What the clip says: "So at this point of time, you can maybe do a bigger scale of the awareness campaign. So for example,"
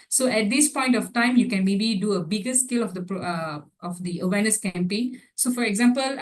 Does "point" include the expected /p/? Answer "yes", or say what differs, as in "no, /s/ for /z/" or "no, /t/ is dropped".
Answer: yes